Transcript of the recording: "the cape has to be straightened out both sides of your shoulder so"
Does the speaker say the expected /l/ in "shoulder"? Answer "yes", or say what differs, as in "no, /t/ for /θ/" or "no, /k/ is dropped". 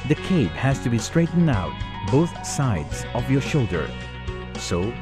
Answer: yes